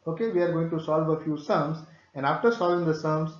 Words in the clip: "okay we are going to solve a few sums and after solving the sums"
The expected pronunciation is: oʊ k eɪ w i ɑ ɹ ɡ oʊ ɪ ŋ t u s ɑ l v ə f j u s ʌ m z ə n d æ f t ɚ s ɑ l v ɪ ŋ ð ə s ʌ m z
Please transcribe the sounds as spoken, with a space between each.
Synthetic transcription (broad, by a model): oʊ k eɪ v i ɑ ɹ ɡ oʊ ɪ ŋ t u s ɑ l v ə f j u s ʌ m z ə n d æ f t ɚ s ɑ l v ɪ ŋ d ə s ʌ m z